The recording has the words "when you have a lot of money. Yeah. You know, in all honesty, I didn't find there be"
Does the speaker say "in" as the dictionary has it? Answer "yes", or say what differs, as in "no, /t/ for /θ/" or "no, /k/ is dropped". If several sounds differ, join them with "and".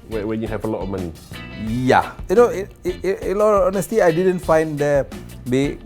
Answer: no, /l/ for /n/